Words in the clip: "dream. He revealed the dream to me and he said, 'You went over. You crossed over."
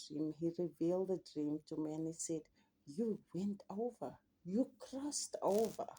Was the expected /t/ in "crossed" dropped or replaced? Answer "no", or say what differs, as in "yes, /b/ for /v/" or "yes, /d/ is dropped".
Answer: no